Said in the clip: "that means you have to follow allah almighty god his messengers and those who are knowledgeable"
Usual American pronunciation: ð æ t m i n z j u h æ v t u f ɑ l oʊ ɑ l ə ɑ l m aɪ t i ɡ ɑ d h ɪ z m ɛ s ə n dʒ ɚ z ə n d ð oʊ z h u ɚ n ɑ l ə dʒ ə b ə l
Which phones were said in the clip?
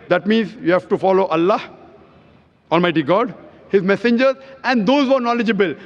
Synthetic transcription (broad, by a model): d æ t m i n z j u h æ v t u f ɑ l oʊ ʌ l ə ɑ l m aɪ t i ɡ ɑ d h ɪ z m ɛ s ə n dʒ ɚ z ə n d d oʊ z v ɚ n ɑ l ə dʒ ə b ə l